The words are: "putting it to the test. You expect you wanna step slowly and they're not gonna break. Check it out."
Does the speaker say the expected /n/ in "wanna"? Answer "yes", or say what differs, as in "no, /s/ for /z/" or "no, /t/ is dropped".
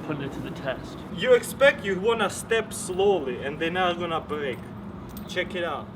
yes